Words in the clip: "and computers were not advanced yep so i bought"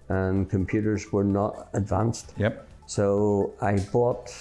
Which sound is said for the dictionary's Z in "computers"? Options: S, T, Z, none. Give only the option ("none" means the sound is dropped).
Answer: Z